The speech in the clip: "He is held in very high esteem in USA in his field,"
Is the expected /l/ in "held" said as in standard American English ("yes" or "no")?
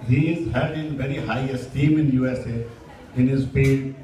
no